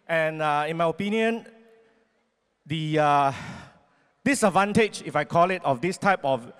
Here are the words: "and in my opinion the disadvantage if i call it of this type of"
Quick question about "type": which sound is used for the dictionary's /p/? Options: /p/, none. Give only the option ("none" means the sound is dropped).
/p/